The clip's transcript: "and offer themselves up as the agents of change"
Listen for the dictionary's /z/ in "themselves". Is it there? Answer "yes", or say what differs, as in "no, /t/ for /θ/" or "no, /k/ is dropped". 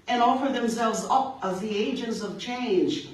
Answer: yes